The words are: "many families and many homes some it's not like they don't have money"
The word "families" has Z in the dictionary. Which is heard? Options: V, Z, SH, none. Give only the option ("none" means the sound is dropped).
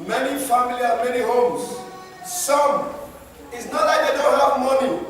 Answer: none